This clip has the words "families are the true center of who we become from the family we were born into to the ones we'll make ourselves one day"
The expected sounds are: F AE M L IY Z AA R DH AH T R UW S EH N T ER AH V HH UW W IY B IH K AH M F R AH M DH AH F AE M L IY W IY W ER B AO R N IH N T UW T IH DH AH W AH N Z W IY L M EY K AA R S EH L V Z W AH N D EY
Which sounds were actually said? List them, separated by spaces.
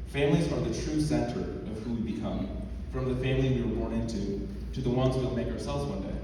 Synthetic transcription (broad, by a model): F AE M L IY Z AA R DH AH T R UW S EH N T ER AH V HH UW W IY B IH K AH M F R AH M DH AH F AE M L IY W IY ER B AO R N IH N T UW T IH DH AH W AH N Z W IY L M EY K AA R S EH L V Z W AH N D EY